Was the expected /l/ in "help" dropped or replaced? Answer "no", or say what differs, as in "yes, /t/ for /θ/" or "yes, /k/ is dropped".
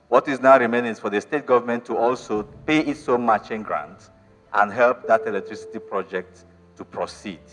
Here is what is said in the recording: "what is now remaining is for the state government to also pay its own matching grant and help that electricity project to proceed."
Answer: no